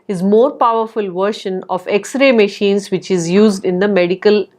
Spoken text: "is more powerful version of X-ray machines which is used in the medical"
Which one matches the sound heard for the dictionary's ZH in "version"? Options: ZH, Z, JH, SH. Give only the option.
SH